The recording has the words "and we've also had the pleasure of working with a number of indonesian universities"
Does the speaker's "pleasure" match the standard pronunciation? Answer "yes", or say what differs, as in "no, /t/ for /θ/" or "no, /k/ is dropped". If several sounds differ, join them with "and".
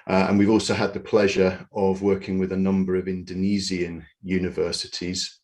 yes